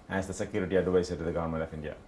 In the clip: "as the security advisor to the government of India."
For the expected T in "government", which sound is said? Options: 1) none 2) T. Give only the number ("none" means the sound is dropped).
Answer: 1